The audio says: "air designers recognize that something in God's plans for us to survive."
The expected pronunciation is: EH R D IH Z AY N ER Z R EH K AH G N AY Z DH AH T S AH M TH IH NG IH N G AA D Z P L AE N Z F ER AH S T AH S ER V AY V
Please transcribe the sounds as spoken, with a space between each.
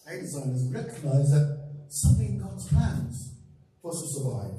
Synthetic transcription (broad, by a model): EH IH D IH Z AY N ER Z R EH K AH G N AY Z DH AH T S AH M TH IH NG IH N G AA D Z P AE N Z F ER AH S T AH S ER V AY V